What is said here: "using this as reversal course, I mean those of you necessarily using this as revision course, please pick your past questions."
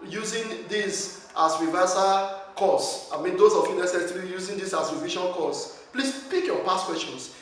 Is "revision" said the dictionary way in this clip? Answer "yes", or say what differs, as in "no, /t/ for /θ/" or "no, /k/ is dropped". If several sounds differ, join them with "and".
no, /ʃ/ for /ʒ/